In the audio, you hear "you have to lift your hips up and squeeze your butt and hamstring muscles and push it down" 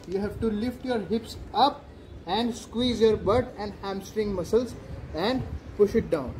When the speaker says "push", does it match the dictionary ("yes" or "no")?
yes